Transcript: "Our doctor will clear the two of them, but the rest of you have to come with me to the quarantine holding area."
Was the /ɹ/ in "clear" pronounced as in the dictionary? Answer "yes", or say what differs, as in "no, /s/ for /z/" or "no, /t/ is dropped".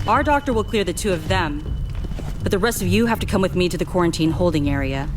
yes